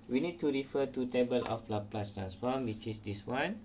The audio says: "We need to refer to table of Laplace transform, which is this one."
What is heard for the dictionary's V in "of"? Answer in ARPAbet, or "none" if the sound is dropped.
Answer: P